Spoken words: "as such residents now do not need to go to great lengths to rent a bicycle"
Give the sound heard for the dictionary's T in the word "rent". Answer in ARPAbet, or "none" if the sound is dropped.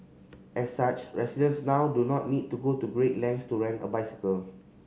none